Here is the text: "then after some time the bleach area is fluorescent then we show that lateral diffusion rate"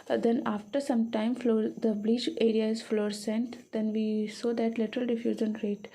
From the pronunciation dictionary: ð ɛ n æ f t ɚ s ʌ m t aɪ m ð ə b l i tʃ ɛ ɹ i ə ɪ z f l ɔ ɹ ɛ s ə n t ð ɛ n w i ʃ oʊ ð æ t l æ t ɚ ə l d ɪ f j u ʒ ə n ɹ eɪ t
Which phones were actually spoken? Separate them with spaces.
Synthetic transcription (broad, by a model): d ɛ n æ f t ɚ s ʌ m t aɪ m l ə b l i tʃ ɛ ɹ i ə ɪ z f l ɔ ɹ s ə n t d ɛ n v i s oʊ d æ t l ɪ t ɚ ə l d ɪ f j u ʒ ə n ɹ eɪ t